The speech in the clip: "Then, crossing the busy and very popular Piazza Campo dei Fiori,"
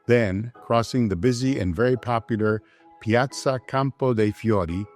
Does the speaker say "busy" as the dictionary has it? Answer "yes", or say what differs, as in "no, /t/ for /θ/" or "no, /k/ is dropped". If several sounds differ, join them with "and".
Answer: yes